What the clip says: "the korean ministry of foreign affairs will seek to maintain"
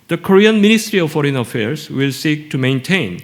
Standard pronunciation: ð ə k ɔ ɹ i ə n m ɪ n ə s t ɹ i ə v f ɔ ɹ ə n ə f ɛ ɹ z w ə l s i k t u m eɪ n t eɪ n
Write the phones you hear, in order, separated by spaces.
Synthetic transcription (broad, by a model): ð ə k ɔ ɹ i ə n m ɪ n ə s t ɹ i ə v f ɔ ɹ ə n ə f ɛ ɹ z w ə l s i k t u m eɪ n t eɪ n